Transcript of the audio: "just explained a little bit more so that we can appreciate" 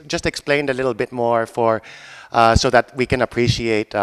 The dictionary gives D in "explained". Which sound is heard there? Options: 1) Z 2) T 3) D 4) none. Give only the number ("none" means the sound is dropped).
3